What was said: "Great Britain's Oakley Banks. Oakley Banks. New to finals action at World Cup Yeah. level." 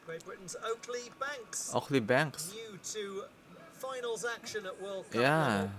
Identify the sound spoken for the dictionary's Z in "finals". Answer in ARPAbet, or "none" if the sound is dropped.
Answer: Z